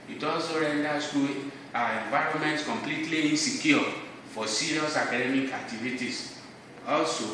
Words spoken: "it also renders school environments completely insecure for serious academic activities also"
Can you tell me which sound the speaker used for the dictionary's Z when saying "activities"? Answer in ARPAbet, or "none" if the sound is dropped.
S